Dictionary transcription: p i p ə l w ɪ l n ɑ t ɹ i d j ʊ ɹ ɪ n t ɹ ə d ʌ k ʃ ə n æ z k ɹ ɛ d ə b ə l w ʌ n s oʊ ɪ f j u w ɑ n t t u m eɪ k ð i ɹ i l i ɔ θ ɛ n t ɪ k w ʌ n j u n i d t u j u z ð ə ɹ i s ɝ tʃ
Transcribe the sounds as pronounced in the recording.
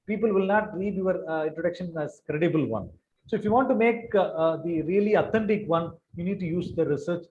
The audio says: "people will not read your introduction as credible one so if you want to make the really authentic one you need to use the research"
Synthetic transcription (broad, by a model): p i p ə l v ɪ l n ɑ t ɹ i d j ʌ ɹ ɪ n t ɹ ə d ʌ k ʃ ə n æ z k ɹ ɛ d ə b ə l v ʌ n s oʊ ɪ f j u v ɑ n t t u m eɪ k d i ɹ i l i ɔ t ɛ n t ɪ k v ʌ n j u n i d t u j u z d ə ɹ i s ɝ tʃ